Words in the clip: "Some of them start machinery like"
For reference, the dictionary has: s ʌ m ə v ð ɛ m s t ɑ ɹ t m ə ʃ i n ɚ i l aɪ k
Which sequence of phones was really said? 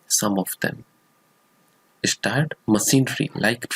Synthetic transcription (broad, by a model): s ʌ m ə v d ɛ m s t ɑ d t m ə s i n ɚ i l aɪ k